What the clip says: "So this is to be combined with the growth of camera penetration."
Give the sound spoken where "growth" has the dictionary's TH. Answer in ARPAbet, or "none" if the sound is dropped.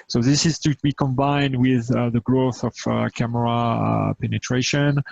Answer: TH